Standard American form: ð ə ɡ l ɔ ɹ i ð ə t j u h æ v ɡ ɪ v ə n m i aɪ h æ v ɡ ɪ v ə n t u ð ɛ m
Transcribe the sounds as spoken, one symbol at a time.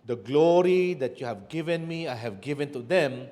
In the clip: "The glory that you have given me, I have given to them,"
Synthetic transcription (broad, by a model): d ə ɡ l ɔ ɹ i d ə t j u h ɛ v ɡ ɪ v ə n m i aɪ h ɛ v ɡ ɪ v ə n t u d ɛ m